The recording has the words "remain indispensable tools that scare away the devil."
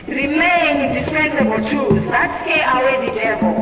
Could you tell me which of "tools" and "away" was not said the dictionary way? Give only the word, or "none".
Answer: tools